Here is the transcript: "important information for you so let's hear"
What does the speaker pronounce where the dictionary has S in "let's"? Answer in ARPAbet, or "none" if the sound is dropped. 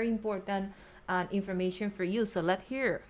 none